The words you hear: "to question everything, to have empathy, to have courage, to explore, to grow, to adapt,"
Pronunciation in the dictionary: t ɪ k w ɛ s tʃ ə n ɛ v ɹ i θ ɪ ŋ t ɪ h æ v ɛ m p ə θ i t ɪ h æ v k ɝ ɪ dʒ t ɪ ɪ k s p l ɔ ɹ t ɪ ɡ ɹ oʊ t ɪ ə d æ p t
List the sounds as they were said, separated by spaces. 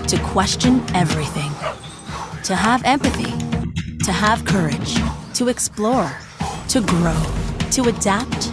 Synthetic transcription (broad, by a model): t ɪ k w ɛ s tʃ ə n ɛ v ɹ i θ ɪ ŋ t ɪ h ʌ v ɛ m p ə θ i t ɪ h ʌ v k ɝ ɪ dʒ t ɪ ɪ k s p l ɔ ɹ t ɪ ɡ ɹ oʊ t ɪ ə d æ p t